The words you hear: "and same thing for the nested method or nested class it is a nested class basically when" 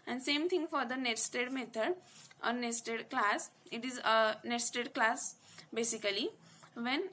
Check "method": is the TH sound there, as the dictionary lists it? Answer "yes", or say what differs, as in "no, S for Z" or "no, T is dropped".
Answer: no, T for TH